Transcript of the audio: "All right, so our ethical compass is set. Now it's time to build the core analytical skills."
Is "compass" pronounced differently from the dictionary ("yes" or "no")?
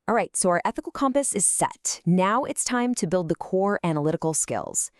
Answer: no